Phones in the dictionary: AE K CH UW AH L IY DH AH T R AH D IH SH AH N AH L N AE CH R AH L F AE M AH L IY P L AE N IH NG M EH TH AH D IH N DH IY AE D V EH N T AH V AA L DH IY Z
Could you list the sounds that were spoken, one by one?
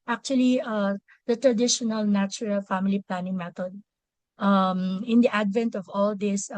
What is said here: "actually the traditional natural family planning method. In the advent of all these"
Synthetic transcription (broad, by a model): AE K CH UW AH L IY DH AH T R AH D IH SH AH N AH L N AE CH R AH L F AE M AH L IY P L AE N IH NG M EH T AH D IH N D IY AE D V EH N T AH V AA L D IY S